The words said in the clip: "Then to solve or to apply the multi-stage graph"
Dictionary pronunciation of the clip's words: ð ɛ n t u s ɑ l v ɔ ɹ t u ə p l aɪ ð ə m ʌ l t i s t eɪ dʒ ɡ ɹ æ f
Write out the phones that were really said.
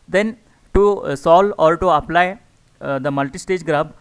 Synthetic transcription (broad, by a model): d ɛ n t u s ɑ l ɔ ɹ t u ə p l aɪ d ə m ʌ l t i s t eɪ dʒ ɡ ɹ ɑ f